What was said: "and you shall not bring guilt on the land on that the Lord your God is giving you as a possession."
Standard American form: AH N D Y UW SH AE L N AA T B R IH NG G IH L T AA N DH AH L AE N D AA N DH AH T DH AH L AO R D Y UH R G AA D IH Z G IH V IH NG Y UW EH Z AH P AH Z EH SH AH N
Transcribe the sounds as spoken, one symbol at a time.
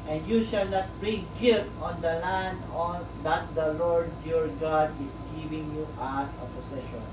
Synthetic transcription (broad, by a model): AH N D Y UW SH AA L N AA T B R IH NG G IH T AA N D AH L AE N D AA N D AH T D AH L AO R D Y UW R G AA D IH S G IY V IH NG Y UW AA S AH P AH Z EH SH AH N